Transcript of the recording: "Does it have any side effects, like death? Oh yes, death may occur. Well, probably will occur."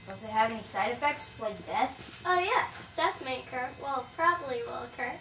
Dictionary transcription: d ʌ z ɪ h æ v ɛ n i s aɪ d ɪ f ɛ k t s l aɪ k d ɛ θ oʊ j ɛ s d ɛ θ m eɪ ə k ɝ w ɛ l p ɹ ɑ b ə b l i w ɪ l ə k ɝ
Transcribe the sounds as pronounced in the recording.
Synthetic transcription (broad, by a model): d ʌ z ɪ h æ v ɛ n i s aɪ d ɪ f ɛ k t s l aɪ k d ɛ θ oʊ j ɛ s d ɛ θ m eɪ ə k ɝ w ɛ l p ɹ ɑ b ə b l i w ɪ l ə k ɝ